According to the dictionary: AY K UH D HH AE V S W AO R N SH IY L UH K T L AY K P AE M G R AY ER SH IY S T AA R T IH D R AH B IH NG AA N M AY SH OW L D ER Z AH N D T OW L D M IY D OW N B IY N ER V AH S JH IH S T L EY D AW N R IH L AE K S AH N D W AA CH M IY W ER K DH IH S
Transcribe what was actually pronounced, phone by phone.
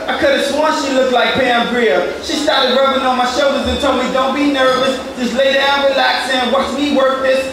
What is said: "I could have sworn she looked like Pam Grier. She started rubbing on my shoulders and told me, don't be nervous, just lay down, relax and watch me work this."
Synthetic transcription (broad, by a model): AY K UH D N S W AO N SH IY L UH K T L AY K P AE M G R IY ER SH IY S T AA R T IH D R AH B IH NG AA N M AY SH OW L D ER Z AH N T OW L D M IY D OW N B IY N ER V AH S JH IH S L EY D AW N R IH L AE K S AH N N W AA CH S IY W ER K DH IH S